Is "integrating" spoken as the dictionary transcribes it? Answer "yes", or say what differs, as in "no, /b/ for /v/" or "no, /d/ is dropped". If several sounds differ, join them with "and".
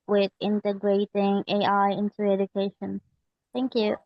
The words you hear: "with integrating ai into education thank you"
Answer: yes